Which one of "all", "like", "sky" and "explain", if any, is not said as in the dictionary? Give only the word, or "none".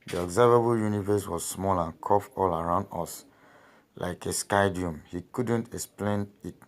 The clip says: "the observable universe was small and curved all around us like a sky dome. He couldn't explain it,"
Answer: none